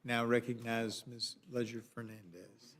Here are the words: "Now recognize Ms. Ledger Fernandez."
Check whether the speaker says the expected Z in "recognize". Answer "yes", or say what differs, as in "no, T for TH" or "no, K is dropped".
yes